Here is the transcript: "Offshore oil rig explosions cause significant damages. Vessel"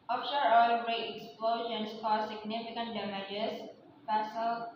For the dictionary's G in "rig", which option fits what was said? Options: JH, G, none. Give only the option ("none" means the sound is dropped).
none